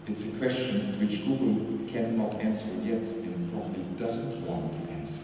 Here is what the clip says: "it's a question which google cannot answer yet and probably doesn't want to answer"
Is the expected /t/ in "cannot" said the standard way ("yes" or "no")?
yes